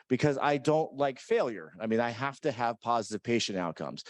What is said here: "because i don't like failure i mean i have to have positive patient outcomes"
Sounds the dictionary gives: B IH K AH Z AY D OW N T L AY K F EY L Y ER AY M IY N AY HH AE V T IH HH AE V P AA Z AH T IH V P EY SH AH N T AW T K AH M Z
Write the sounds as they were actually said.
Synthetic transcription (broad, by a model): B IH K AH Z AY D OW N T L AY K F EY L Y ER AY M IY N AY HH AE F T IH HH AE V P AA Z AH T IH V P EY SH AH N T AW T K AH M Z